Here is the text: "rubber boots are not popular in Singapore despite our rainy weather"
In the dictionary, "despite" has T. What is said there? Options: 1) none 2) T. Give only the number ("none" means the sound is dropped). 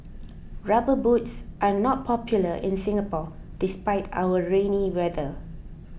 2